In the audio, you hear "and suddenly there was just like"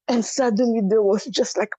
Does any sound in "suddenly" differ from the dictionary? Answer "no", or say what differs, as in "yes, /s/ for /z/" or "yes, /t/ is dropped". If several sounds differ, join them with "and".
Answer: yes, /l/ is dropped